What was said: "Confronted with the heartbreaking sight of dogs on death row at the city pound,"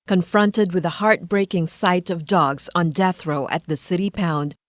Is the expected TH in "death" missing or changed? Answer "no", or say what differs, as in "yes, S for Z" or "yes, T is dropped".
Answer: no